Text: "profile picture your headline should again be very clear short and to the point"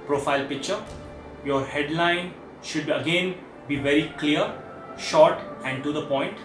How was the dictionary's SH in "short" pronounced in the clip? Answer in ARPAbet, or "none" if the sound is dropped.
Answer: SH